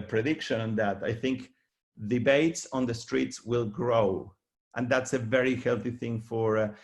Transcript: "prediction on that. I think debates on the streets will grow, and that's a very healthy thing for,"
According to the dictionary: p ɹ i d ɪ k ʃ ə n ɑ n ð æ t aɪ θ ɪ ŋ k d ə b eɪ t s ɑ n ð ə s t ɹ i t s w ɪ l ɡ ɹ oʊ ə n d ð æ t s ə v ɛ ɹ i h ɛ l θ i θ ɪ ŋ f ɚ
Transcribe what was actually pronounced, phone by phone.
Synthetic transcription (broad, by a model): p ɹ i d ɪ k ʃ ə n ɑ n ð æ t aɪ θ ɪ ŋ k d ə b eɪ t s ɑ n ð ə s t ɹ i t s w ɪ l ɡ ɹ oʊ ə n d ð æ t s ə v ɛ ɹ i h ɛ l θ i θ ɪ ŋ f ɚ